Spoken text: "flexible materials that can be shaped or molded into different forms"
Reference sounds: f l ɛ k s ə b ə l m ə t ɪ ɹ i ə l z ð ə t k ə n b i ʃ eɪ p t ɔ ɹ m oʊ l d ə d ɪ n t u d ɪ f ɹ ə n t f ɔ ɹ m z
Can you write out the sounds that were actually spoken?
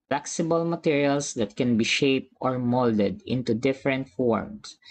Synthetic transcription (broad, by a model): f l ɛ k s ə b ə l m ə t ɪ ɹ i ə l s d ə t k ə n b i ʃ eɪ p t ɔ ɹ m oʊ l d ə d ɪ n t u d ɪ f ɹ ə n t f ɔ ɹ m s